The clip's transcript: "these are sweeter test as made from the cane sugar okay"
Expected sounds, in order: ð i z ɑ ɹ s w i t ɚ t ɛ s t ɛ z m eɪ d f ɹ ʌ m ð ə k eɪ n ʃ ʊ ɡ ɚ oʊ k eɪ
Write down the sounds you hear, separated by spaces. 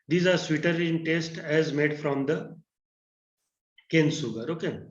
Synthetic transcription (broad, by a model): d i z ɑ ɹ s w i t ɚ t ɛ s t ɛ z m eɪ d f ɹ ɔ m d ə k eɪ n s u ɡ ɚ oʊ k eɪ